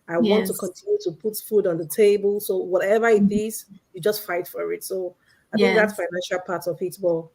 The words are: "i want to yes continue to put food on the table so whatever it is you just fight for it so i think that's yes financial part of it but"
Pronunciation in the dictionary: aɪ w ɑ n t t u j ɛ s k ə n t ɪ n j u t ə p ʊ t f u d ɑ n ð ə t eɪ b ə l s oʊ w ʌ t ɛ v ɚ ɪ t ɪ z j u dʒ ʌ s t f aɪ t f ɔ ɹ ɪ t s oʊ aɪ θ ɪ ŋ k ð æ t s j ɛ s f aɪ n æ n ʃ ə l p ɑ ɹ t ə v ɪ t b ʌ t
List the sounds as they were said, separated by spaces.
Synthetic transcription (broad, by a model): aɪ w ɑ n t t u k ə n t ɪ n j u t ə p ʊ t f u d ɑ n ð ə t eɪ b ə l s oʊ w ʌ t ɛ v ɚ ɪ t ɪ z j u dʒ ʌ s t f aɪ t f ɔ ɹ ɪ t s oʊ aɪ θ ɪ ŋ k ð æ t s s f aɪ n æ n ʃ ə l p ɑ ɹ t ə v ɪ t b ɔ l